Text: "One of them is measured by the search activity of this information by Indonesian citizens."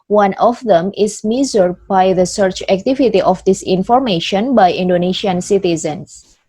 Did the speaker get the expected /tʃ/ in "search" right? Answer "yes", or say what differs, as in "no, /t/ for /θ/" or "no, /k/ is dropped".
yes